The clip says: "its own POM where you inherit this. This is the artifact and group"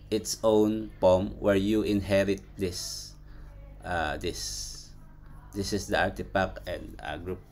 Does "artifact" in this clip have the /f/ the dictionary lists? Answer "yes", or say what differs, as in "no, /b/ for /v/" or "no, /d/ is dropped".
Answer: no, /p/ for /f/